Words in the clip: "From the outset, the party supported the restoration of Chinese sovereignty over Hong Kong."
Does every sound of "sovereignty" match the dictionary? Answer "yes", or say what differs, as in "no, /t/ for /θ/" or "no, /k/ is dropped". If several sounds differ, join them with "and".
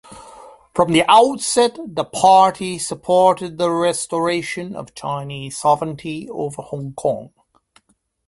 yes